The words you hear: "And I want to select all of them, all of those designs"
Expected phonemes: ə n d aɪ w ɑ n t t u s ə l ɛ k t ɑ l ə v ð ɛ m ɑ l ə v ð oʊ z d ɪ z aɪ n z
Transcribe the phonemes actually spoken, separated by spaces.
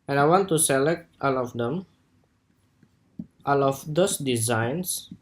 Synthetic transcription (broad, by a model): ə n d aɪ w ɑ n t t u s ə l ɛ k t ɑ l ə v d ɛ m ɑ l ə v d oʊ s d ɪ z aɪ n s